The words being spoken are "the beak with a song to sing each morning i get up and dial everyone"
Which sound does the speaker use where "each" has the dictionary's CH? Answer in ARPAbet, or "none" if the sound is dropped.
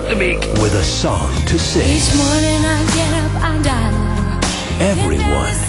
S